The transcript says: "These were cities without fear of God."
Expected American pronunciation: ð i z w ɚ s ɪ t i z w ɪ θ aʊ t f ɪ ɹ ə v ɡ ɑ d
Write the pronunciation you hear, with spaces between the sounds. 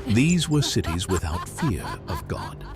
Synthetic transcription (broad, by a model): ð i z w ɚ s ɪ t i z w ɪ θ aʊ t f ɪ ɹ ə v ɡ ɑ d